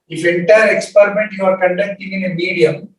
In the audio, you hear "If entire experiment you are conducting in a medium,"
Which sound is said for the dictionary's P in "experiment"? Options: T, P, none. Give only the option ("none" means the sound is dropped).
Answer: P